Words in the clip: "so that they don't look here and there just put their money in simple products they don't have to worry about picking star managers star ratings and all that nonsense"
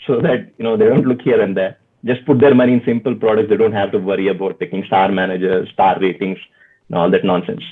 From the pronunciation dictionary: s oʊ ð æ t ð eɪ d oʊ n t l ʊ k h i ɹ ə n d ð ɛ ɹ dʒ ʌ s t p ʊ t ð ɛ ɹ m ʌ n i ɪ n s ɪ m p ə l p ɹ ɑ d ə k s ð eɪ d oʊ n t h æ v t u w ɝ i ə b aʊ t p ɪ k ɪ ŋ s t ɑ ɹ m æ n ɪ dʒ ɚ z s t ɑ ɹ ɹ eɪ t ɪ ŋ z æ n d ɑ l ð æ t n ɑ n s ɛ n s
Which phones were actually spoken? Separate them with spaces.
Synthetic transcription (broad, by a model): s oʊ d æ t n eɪ d oʊ n t l ʊ k h i ɹ ə n d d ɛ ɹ dʒ ʌ s t p ʊ t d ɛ ɹ m ʌ n i ɪ n s ɪ m p ə l p ɹ ɑ d ə k s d eɪ d oʊ n t h æ v t u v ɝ i ə b aʊ t p ɪ k ɪ ŋ s t ɑ ɹ m æ n ɪ dʒ ɚ z s t ɑ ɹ ɹ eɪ t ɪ ŋ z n ɑ l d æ t n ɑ n s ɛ n s